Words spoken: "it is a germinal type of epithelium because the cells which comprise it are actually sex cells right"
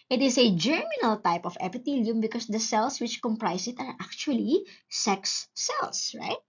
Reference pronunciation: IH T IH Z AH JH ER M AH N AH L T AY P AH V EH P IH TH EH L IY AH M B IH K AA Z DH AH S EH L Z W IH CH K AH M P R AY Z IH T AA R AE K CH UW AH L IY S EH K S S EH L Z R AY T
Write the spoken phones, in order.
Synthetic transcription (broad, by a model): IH T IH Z AH JH ER M AH N AH L T AY P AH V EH P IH T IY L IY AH M B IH K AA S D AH S EH L S W IH CH K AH M P R AY S IH T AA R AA K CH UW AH L IY S EH K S S EH L S R AY T